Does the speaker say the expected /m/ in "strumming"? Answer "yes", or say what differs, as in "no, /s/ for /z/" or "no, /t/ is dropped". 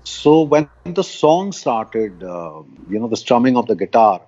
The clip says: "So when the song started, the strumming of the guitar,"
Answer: yes